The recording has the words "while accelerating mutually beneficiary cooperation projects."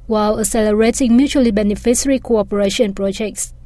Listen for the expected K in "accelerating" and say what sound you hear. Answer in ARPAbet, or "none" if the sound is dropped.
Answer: none